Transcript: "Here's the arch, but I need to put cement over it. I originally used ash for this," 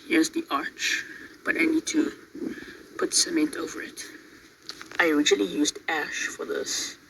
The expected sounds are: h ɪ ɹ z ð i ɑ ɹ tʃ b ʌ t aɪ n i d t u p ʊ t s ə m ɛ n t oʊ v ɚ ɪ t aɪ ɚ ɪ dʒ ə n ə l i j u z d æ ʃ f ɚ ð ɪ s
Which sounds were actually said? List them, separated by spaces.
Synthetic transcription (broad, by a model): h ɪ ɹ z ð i ɑ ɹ tʃ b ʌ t aɪ n i d t u p ʊ t s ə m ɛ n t oʊ v ɚ ɪ t aɪ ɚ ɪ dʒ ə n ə l i j u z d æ ʃ f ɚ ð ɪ s